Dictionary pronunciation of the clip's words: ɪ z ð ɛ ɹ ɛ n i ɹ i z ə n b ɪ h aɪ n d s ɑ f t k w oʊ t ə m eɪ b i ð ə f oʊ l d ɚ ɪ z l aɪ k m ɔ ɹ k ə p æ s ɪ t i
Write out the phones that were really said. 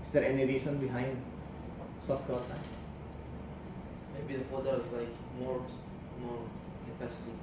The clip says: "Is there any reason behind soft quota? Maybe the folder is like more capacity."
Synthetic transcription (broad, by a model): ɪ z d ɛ ɹ ɛ n i ɹ i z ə n b ɪ h aɪ n d s ɑ f t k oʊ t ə m eɪ b i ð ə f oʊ d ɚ ɪ z l aɪ k m ɔ ɹ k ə p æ s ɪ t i